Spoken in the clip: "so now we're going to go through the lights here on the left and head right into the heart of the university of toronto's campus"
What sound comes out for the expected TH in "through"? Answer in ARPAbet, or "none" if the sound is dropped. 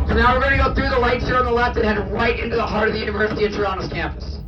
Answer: TH